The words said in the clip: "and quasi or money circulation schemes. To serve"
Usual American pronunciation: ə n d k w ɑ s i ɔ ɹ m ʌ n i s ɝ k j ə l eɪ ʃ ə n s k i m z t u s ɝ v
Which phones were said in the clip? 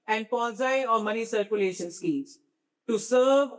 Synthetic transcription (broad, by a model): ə n d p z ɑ i ɔ ɹ m ʌ n i s ɝ k j ə l eɪ ʃ ə n s k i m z t u s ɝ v